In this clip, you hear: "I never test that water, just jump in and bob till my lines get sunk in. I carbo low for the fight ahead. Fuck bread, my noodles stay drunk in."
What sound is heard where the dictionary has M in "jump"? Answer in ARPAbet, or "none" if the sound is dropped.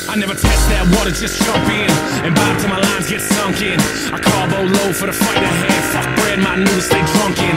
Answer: none